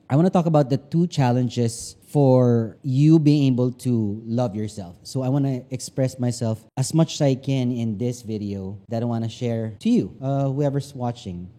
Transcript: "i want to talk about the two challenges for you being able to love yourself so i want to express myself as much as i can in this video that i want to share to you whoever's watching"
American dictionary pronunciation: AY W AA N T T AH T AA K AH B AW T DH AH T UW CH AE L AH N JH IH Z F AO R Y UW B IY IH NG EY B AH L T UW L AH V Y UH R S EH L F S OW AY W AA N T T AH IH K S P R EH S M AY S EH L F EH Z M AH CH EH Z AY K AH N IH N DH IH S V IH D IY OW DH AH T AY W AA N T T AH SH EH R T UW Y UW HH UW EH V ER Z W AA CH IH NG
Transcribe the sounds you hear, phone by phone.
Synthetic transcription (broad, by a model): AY W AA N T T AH T AA K AH B AW T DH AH T UW CH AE L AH N JH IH S F AO R Y UW B IY IH NG EY B AH L T UW L AH V Y UH R S EH L F S OW AY W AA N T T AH K S P R EH S M AY S EH L F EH S M AH CH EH S AY K AH N IH N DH IH S V IH D IY OW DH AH T AY W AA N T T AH SH EH R T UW Y UW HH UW EH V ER S W AA CH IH NG